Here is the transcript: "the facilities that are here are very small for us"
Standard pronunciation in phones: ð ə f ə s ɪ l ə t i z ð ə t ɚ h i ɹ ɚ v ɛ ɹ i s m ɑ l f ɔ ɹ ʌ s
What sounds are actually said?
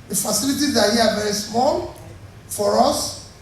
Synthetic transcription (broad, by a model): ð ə f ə s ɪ l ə t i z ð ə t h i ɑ v ɛ ɹ i s m ɑ l f ɔ ɹ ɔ s